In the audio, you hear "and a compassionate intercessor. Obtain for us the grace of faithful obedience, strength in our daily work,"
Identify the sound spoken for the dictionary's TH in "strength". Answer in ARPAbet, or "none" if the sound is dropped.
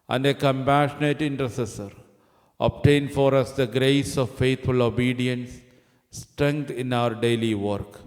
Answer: T